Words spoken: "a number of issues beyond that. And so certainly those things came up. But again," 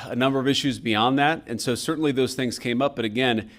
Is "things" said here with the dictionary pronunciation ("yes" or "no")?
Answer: yes